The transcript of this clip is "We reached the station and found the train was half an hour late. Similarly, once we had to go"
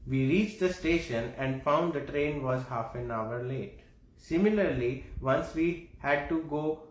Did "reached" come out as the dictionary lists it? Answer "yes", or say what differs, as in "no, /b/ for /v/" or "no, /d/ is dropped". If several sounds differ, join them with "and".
yes